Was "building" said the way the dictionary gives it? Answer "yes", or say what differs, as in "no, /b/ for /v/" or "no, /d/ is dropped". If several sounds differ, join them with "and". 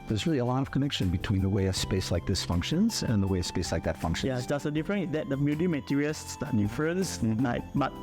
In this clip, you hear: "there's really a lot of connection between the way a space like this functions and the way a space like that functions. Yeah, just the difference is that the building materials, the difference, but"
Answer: no, /l/ is dropped